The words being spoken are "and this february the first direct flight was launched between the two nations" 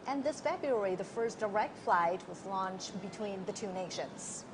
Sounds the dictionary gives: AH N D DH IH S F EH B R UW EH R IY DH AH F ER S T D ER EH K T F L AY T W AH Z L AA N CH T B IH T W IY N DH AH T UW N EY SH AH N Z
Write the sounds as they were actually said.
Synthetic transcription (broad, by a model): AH N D DH IH S F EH B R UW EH R IY DH AH F ER S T D ER EH K T F L AY T W AH Z L AA N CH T B IH T W IY N DH AH T UW N EY SH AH N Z